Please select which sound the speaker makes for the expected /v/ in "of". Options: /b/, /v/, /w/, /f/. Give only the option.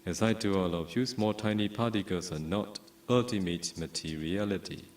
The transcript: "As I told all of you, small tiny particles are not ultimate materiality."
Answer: /f/